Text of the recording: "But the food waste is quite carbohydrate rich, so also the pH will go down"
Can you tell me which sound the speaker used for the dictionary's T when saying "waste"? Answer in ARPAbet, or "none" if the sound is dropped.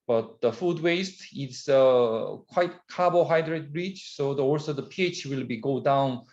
T